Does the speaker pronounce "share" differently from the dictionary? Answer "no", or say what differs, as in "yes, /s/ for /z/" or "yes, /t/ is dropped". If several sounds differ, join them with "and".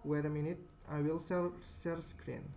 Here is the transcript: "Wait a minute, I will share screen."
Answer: yes, /s/ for /ʃ/